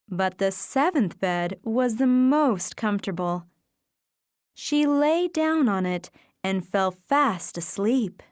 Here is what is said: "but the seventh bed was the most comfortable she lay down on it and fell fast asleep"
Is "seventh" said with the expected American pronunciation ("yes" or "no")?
yes